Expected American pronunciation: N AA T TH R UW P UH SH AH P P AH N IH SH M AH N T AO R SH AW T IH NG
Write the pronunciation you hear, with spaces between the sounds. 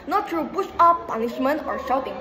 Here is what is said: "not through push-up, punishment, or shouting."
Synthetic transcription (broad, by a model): N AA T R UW B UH S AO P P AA N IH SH M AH N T AO R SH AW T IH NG